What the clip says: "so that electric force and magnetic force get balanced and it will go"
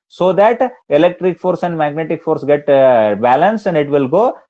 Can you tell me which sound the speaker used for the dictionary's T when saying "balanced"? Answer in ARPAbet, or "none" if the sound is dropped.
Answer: none